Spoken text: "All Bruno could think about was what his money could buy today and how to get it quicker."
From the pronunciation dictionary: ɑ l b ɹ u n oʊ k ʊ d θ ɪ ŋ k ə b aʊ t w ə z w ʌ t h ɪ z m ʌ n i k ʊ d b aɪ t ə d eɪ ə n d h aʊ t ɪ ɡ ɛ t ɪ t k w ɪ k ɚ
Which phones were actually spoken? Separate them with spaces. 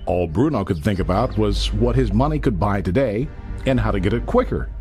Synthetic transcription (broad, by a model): ɑ l b ɹ u n oʊ k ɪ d θ ɪ ŋ k ə b aʊ t w ə z w ʌ t h ɪ z m ʌ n i k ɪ d b aɪ t ə d eɪ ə n h aʊ t ɪ ɡ ɛ t ɪ t k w ɪ k ɚ